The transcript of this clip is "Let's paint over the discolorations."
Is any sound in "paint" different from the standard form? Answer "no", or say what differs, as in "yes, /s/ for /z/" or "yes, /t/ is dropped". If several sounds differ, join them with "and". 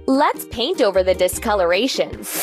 no